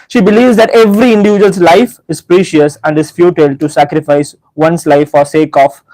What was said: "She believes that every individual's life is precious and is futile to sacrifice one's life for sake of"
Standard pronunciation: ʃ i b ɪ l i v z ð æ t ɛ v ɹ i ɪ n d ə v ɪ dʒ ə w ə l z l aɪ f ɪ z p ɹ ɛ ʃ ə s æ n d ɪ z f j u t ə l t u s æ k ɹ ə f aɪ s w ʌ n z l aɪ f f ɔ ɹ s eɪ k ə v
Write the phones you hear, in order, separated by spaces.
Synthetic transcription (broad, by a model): ʃ i b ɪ l i v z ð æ t ɛ v ɹ i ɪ n d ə v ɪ dʒ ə ə l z l aɪ f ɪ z p ɹ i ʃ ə s æ n d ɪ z f j u t ə l t u s æ k ɹ ə f aɪ s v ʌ n s l aɪ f f ɔ ɹ s eɪ k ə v